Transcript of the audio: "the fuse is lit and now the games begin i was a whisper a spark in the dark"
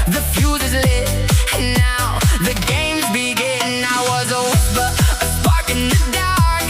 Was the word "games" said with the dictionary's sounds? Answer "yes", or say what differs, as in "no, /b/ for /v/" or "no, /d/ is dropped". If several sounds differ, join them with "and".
yes